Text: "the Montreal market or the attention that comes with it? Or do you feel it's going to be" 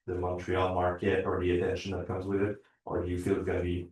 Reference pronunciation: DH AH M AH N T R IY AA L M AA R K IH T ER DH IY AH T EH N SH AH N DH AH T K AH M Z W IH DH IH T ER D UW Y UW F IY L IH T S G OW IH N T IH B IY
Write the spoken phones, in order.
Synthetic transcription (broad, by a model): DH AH M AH N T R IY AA L M AA R K IH T ER DH IY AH T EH N SH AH N DH AH T K AH M Z W IH DH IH T ER D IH Y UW F IY L IH T S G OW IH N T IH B IY